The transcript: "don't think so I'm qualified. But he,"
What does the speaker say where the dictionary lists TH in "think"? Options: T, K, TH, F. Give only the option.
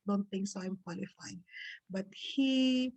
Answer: T